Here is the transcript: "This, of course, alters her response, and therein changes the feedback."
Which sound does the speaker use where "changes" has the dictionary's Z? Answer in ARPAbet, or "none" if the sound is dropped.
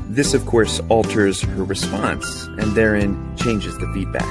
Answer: Z